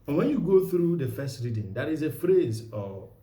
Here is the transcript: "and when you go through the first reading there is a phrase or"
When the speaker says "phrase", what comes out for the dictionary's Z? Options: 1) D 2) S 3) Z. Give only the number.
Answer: 3